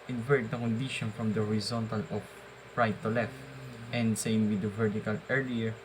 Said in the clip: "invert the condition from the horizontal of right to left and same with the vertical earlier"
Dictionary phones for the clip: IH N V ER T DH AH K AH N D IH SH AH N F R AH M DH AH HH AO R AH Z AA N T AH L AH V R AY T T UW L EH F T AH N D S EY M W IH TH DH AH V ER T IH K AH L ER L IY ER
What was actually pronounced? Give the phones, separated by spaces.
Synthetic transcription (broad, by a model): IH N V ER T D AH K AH N D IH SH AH N F R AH M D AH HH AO R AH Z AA N T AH L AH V R AY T T UW L EH F T AH N D S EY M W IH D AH V ER T IH K AH L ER L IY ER